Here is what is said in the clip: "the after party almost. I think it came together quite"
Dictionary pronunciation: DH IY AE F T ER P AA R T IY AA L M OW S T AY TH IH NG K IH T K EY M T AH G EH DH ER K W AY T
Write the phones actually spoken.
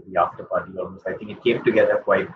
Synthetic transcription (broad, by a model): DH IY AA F T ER P AA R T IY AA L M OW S AY T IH NG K IH T K EY M T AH G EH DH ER K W AY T